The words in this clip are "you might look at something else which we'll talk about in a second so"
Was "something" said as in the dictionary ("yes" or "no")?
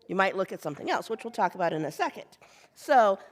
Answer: yes